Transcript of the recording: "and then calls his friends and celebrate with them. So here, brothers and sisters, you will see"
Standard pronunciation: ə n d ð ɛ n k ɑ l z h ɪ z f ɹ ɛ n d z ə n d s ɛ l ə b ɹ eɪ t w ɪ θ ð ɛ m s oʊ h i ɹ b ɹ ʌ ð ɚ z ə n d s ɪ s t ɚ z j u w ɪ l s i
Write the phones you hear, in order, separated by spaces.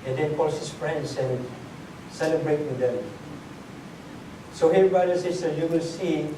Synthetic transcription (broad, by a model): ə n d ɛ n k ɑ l s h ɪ s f ɹ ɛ n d s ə n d s ɛ l ə b ɹ eɪ t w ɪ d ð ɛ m s oʊ h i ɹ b ɑ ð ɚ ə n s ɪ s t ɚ j u w ɪ l s i